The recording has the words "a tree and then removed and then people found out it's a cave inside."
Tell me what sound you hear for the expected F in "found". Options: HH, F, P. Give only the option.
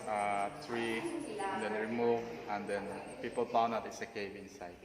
P